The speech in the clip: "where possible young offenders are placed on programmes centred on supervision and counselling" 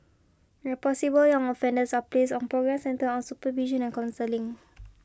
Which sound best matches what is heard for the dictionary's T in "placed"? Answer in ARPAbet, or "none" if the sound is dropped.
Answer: none